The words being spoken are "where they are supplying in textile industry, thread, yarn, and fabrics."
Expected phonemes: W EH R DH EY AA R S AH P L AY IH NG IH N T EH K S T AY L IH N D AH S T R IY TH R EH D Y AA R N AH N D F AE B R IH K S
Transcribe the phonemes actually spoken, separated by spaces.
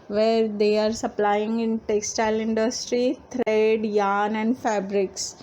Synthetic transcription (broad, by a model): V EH R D EY AA R S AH P L AY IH NG IH N T EH K S T AY L IH N D AH S T R IY T R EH D Y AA N AH N D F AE B R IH K S